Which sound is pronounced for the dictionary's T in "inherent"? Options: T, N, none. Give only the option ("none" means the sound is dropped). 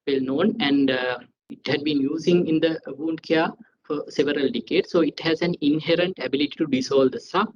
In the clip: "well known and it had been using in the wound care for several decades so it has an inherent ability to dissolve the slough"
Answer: T